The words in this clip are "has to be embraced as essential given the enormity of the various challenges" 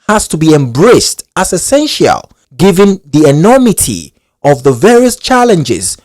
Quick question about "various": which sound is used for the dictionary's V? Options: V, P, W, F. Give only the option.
V